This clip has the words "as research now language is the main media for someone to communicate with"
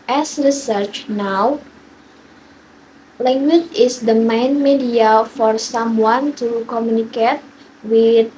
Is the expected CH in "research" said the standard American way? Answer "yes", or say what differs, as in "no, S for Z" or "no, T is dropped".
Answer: yes